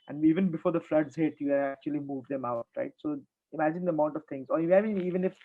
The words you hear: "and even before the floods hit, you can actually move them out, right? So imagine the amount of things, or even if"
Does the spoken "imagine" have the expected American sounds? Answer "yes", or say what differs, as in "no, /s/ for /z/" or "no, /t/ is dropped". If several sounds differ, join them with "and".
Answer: yes